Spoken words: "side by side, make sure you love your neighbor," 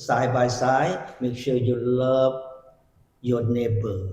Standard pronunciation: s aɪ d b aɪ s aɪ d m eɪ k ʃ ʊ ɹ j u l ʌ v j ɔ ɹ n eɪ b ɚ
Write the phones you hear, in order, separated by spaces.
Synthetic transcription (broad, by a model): s aɪ b aɪ s aɪ m eɪ k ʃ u j u l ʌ p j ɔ n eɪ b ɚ